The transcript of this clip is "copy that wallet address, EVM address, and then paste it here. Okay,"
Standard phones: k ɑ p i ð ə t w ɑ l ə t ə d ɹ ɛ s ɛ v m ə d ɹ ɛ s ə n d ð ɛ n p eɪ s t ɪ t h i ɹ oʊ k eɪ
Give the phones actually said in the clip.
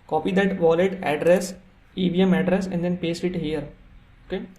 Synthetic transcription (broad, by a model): k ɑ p i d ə t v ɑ l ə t ə d ɹ ɛ s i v m ə d ɹ ɛ s ə n d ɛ n p eɪ s ɪ t h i ɹ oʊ k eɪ